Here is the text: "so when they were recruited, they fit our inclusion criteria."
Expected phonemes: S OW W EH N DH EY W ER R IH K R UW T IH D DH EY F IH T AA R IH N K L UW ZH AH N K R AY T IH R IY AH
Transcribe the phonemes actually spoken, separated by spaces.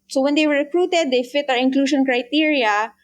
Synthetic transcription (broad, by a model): S OW W EH N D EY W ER R IH K R UW T IH D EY F IH T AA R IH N K L UW SH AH N K R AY T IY R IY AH